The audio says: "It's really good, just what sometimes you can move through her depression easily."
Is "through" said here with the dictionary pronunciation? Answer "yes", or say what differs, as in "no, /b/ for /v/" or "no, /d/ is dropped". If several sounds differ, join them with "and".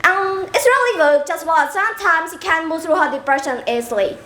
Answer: yes